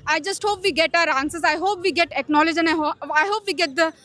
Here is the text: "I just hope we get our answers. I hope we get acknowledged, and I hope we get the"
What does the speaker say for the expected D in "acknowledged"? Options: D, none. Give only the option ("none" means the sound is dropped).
none